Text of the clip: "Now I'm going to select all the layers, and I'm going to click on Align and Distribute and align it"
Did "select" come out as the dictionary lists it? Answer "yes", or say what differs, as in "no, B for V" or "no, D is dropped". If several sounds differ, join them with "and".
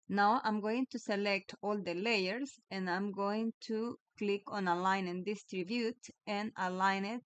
yes